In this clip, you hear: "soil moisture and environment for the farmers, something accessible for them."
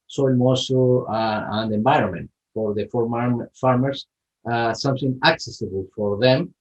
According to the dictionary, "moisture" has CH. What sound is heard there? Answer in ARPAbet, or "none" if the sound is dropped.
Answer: none